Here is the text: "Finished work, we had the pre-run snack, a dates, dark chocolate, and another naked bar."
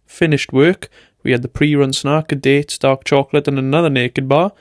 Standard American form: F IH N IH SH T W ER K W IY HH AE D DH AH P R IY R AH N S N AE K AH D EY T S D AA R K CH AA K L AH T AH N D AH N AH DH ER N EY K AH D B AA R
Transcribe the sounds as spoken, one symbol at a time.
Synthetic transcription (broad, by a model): F IH N IH SH T W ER K W IY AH D DH AH P R IY R AH N S N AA K AH D EY T S D AA R K CH AA K L AH T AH N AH N AH DH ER N EY K AH D B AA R